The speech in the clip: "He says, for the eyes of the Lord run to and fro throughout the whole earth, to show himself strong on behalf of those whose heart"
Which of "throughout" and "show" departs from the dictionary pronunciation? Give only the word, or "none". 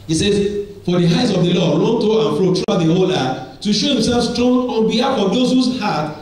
throughout